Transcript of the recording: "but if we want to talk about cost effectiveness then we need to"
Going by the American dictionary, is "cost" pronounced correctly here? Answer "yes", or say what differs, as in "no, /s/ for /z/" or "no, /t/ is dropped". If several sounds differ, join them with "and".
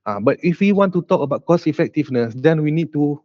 no, /t/ is dropped